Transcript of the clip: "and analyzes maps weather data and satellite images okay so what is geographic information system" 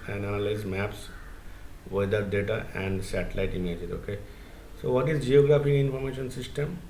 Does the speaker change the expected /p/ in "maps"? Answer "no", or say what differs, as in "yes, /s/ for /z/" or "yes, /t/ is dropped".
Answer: no